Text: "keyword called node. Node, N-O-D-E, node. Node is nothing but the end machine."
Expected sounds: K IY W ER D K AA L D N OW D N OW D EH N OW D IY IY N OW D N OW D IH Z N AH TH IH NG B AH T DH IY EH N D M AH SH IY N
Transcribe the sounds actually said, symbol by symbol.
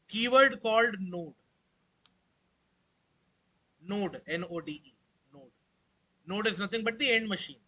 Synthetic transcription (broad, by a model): K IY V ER D K AA L D N OW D N OW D EH N OW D IY IY N OW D N OW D IH Z N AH T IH NG B AH T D IY EH N D M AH SH IY N